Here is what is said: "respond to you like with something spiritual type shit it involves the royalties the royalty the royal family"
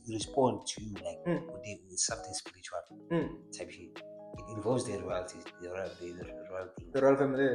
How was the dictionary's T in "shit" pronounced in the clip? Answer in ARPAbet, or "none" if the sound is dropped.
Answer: none